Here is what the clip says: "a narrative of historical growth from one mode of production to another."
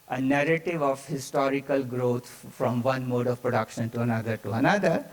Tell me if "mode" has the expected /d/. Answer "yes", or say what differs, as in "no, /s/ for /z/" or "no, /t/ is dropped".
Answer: yes